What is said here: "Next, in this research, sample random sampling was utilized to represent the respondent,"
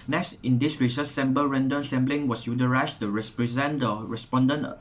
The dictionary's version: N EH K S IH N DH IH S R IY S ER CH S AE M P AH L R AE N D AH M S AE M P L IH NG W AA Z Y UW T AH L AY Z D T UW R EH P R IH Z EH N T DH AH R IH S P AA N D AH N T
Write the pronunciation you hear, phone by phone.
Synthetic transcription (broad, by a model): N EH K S IH N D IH S R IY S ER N S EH M B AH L R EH N D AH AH S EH M B L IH NG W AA S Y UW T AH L AY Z T UW R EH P R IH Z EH N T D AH R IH S P AA N D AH N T